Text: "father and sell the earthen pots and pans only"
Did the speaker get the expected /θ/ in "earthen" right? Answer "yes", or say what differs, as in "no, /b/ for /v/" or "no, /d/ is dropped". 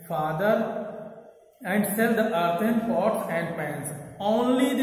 no, /t/ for /θ/